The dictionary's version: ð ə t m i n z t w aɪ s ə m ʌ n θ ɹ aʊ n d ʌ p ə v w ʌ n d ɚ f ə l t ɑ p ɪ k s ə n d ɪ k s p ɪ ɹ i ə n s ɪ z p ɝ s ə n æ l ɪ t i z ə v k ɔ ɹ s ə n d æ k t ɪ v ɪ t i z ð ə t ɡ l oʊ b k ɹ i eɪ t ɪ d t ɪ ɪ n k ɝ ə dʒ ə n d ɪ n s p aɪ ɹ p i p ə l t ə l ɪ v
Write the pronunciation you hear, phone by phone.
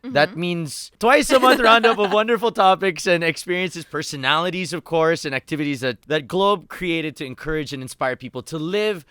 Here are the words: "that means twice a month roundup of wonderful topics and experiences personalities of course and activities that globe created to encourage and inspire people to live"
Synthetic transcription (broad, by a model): ð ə t m i n z t w aɪ s ə m ʌ n θ ɹ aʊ n d ʌ p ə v w ʌ n d ɚ f l t ɑ p ɪ k s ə n ɪ k s p ɪ ɹ i ə n s ɪ z p ɝ s ə n æ l ɪ t i z ə v k ɔ ɹ s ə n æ k t ɪ v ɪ t i z ð ə t ɡ l oʊ b k ɹ i eɪ t ɪ d t ɪ ɪ n k ɝ ə dʒ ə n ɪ n s p aɪ ɹ p i p l t ə l ɪ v